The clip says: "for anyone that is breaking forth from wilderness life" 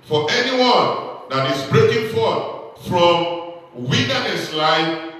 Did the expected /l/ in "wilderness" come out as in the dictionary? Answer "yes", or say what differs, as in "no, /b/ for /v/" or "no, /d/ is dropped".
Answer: no, /n/ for /l/